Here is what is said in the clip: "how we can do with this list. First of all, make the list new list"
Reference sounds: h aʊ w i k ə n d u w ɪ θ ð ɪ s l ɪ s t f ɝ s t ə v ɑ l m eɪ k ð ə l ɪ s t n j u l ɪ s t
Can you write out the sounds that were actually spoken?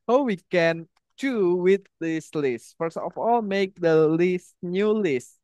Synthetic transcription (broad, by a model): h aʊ w i k ə n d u w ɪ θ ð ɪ s l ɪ s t f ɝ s ə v ɑ l m eɪ k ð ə l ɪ s t n j u l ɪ s t